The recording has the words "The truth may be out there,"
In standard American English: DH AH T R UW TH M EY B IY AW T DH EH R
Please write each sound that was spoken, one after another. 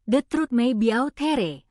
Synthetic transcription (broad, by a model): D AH T R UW T M EY B IY AW T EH R